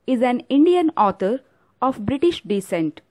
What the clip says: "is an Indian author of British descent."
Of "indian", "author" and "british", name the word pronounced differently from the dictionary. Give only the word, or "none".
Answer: author